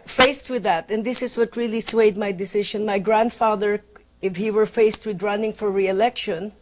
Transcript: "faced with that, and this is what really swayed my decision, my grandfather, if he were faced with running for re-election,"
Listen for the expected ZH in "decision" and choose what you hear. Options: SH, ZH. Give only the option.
SH